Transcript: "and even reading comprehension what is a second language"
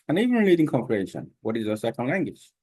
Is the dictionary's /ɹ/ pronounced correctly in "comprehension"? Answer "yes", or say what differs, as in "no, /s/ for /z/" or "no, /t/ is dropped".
no, /ɹ/ is dropped